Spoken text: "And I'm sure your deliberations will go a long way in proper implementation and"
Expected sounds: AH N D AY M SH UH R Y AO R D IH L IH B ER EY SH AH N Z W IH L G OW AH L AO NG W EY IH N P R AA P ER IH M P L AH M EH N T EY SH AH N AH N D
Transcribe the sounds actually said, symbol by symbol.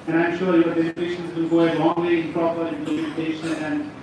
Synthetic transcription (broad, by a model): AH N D AY M SH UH R Y AO R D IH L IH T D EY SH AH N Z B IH N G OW AH L AO NG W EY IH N P R AA P ER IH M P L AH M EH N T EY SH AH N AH N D